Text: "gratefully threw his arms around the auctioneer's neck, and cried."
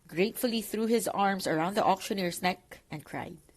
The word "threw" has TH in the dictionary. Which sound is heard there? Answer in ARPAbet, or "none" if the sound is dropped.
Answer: TH